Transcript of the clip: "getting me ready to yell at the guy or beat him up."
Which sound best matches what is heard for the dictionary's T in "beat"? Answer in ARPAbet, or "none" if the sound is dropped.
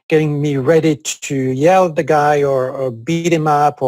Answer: T